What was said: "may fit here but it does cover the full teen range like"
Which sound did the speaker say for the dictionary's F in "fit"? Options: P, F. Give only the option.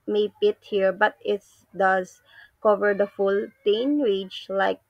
P